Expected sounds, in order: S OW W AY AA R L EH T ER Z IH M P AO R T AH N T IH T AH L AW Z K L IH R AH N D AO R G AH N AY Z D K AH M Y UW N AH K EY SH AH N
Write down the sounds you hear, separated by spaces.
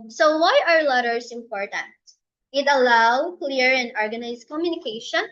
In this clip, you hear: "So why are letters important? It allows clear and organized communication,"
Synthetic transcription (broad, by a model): S OW W AY AA R L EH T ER S IH M P AO R T AH N T IH T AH L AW K L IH R AH N D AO R G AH N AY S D K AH M Y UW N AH K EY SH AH N